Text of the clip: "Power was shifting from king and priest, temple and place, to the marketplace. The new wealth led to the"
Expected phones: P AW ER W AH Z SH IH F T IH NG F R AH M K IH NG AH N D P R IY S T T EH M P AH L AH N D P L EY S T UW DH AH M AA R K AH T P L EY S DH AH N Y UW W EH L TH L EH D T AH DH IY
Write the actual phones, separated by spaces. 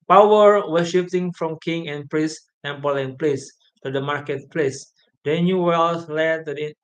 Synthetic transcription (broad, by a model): P AW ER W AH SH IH P T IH NG F R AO M K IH NG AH N P R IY S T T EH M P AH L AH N P L EY S T UW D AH M AA R K AH T P L EY S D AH N Y UW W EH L S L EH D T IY